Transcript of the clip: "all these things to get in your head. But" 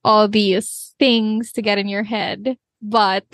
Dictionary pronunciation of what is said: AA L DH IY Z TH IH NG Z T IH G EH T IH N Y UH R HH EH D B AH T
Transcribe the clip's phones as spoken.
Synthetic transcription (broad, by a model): AA L DH IY Z TH IH NG Z T IH G EH T IH N Y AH R HH EH D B AH T